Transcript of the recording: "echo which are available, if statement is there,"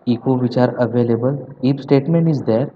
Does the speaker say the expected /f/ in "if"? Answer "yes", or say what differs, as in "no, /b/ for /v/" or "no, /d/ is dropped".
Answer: no, /p/ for /f/